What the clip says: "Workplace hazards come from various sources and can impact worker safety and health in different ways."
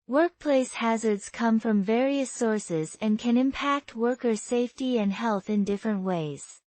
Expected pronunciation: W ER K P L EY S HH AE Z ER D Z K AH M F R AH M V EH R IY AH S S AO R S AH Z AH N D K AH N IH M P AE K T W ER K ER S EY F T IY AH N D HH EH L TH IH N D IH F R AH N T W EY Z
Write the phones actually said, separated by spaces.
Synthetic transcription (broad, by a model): W ER K P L EY S HH AE Z ER D Z K AH M F R AH M V EH R IY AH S S AO R S AH Z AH N K AH N IH M P AE K T W ER K ER S EY F T IY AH N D HH EH L TH IH N D IH F R AH N T W EY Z